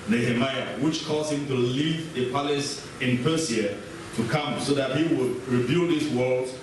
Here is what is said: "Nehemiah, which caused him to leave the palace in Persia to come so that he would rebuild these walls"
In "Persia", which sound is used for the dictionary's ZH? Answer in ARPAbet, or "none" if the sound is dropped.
S